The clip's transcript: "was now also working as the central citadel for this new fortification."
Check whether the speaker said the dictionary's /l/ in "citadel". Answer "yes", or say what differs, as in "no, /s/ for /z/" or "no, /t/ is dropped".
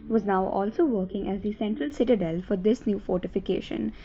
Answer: yes